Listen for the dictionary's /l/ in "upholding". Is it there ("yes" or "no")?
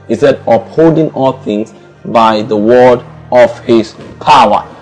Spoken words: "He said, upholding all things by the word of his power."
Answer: no